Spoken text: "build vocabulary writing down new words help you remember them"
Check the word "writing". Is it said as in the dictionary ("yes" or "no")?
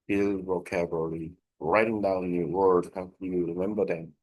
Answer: yes